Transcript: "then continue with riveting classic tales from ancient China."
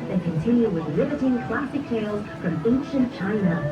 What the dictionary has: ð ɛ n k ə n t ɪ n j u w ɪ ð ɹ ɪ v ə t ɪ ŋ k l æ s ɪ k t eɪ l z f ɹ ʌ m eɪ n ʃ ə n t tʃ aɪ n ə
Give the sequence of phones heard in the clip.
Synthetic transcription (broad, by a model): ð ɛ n k ə n t ɪ n j u w ɪ ð l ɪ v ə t ɪ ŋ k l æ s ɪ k t eɪ l z f ɹ ʌ m eɪ n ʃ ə n tʃ aɪ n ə